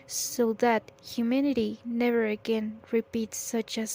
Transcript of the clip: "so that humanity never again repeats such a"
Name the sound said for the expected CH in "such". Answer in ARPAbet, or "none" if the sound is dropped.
CH